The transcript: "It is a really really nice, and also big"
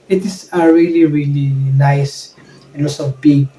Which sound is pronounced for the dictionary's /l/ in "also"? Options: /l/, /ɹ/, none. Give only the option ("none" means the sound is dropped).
none